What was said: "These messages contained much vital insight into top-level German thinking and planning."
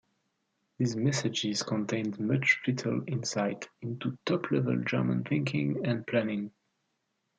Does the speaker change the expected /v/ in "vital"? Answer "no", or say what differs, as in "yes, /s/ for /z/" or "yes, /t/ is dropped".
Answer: yes, /f/ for /v/